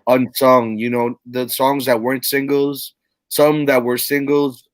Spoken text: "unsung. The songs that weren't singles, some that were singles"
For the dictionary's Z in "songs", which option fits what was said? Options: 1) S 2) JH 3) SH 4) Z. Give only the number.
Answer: 4